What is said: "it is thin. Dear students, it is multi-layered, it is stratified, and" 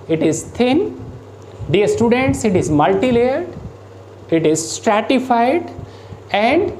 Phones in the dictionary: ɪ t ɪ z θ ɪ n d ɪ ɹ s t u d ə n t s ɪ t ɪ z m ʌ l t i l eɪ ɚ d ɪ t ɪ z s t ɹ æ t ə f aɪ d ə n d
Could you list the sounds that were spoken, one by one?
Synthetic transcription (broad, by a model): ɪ t ɪ z t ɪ n d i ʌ s t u d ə n t s ɪ t ɪ z m ʌ l t i l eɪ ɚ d ɪ t ɪ z s t ɹ æ t ə f aɪ d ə n d